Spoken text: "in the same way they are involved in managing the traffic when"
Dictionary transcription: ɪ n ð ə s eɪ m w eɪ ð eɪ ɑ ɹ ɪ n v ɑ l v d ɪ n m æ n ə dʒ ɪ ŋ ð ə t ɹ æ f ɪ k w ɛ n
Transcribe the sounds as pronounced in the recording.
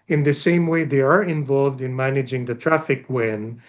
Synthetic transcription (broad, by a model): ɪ n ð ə s eɪ m w eɪ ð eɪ ɑ ɹ ɪ n v ɑ l v d ɪ n m æ n ə dʒ ɪ ŋ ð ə t ɹ æ f ɪ k w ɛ n